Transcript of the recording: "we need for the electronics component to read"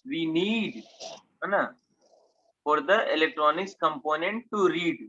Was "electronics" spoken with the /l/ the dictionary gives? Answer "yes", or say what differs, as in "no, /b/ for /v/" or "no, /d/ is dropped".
yes